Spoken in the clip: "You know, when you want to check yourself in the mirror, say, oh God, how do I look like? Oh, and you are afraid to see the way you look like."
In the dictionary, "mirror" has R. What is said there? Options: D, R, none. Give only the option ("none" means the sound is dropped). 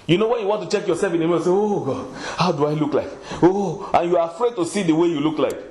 none